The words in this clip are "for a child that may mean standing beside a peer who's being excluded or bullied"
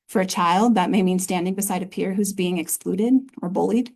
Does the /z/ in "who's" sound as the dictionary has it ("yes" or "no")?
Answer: yes